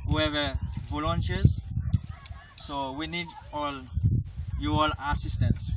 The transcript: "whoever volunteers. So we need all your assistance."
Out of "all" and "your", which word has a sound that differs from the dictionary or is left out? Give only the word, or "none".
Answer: your